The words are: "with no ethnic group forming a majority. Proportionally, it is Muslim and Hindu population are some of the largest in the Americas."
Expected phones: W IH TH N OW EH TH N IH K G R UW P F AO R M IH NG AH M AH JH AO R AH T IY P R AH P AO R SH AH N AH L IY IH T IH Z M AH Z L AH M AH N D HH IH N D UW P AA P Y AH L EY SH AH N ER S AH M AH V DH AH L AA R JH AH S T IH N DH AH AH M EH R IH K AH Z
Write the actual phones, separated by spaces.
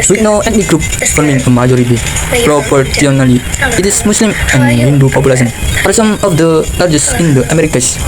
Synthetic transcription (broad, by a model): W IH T N OW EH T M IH G R UW P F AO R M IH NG AH M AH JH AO R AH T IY P R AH P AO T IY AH N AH L IY IH T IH S M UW S L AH M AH N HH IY N D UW P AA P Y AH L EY S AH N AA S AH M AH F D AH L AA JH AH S IH N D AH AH M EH R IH K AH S